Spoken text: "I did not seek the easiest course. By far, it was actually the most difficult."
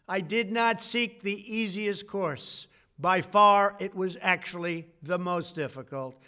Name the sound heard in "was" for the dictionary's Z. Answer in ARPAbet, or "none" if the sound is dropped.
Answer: Z